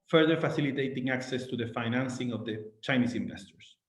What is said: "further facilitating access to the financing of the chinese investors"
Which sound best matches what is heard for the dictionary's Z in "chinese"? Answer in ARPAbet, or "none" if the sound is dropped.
S